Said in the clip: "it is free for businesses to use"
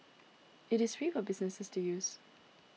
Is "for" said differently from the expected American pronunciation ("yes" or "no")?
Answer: yes